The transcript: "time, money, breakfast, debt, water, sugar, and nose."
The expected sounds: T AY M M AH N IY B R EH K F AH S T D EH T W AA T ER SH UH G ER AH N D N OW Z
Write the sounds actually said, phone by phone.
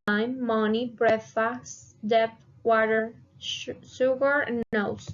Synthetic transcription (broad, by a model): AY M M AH N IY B R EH F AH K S D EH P W AA T ER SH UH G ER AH N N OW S